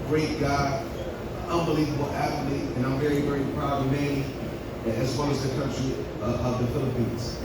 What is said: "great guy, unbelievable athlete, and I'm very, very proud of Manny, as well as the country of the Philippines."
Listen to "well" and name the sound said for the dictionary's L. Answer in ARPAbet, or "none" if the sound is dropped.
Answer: N